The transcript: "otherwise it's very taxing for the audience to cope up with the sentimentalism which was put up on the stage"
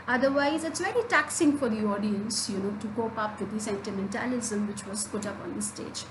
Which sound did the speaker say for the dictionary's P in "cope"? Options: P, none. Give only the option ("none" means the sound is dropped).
P